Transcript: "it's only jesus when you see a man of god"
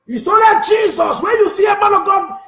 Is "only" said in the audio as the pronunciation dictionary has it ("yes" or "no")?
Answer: no